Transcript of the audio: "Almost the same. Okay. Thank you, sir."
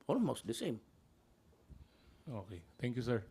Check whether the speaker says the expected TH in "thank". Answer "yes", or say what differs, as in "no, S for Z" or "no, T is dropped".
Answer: no, T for TH